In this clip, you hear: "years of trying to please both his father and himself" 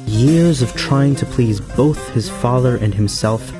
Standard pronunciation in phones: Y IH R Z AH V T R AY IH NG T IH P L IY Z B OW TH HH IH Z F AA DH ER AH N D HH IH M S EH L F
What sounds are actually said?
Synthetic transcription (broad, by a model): Y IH R Z AH V T R AY IH NG T IH P L IY Z B OW TH HH IH Z F AA DH ER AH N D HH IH M S EH L F